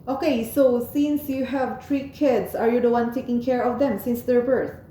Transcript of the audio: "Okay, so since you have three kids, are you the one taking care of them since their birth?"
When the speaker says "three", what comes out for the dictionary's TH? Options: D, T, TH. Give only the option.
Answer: T